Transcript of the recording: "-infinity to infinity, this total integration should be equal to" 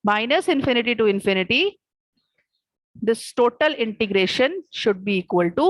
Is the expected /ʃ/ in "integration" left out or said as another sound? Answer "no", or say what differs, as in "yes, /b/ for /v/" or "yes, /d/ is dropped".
no